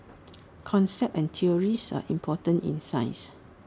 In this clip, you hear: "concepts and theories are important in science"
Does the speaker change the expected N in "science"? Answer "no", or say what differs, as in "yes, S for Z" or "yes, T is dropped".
yes, N is dropped